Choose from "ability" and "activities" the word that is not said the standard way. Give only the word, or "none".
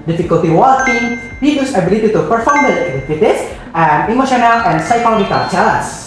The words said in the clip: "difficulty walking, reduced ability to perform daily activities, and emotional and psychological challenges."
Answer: activities